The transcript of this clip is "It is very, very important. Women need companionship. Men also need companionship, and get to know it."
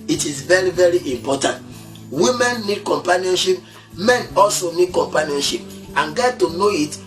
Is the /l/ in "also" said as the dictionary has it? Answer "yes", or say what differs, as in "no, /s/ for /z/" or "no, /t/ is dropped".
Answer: yes